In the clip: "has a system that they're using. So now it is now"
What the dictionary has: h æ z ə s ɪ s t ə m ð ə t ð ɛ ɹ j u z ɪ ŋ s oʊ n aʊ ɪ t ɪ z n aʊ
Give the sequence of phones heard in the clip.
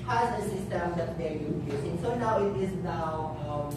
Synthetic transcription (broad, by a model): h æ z ə s ɪ s t ə m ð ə t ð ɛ ɹ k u s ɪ ŋ s oʊ n aʊ ɪ t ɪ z n aʊ